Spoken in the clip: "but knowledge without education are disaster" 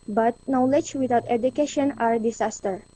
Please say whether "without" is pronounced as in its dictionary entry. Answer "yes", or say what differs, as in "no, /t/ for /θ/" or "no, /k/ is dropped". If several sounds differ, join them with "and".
no, /t/ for /θ/